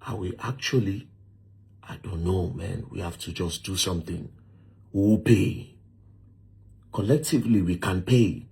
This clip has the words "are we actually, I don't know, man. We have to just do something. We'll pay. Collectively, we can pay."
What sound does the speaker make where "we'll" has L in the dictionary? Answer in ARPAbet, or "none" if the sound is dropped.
W